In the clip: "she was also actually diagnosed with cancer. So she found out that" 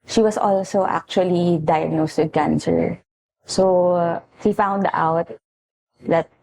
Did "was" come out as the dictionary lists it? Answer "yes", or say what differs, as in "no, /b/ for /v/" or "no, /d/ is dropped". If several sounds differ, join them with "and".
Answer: no, /s/ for /z/